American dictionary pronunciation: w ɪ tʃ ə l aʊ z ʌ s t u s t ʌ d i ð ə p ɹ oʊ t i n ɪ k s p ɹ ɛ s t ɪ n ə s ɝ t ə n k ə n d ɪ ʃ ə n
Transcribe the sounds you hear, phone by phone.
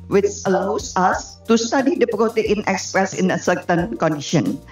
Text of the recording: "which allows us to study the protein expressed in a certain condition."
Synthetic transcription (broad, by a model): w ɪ tʃ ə l aʊ s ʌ s t u s t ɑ d i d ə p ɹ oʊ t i n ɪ k s p ɹ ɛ s ɪ n ə s ɝ t ə n k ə n d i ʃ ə n